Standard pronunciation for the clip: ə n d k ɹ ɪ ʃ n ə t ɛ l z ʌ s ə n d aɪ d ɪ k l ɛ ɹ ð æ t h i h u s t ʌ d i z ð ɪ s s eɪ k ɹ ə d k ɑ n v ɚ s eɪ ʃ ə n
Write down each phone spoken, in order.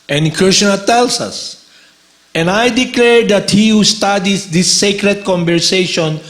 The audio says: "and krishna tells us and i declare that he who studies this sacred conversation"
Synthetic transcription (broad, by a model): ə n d k ɹ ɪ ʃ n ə t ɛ l s ʌ s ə n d aɪ d ɪ k l ɛ ɹ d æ t h i h u s t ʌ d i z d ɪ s s eɪ k ɹ ə d k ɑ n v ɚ s eɪ ʃ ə n